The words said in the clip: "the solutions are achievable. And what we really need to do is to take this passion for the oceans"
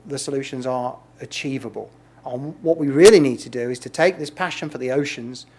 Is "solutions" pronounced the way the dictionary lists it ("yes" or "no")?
yes